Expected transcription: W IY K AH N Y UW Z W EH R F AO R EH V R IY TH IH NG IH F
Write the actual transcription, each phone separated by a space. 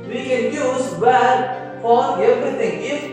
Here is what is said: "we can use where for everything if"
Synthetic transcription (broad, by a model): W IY K AH N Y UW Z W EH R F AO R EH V R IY T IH NG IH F